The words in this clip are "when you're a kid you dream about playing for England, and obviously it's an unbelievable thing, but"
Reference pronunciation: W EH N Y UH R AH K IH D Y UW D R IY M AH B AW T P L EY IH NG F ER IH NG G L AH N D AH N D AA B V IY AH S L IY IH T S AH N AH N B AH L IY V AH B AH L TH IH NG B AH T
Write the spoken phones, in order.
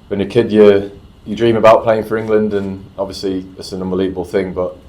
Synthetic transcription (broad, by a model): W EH N Y AH K IH D Y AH D R IY M AH B AW T P L EY IH NG F ER IH NG G L AH N D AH N AA B V IY AH S L IY IH T S AH N AH N B AH L IY V AH B AH L TH IH NG B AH T